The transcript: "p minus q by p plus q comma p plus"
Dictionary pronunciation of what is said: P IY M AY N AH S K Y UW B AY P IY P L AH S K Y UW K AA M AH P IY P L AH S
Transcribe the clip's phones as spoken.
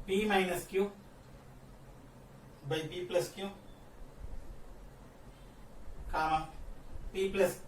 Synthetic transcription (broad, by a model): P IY M AY N AH S K Y UW B AY P IY P L AH S K Y UW K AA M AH P IY P L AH S